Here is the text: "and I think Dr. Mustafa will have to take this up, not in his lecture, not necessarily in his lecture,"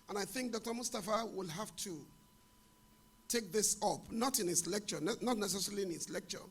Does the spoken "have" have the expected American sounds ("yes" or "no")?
no